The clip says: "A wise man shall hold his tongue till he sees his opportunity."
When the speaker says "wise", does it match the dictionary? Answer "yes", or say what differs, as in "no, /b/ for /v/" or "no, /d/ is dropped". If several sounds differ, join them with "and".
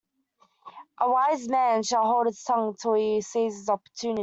yes